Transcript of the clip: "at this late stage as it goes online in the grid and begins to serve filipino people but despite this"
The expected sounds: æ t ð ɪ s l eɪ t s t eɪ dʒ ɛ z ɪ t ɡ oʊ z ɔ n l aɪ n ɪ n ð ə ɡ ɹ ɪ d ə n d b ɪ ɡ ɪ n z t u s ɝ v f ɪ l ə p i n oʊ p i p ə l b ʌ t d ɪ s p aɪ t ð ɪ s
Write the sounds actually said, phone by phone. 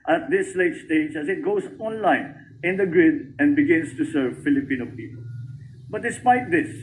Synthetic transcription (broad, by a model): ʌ t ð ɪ s l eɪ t s t eɪ dʒ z ɪ t ɡ oʊ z ɔ n l aɪ n ɪ n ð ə ɡ ɹ ɪ d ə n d b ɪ ɡ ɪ n s t u s ɝ v f ɪ l ə p i n oʊ p i p ə l b ʌ t d ɪ s p aɪ t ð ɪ s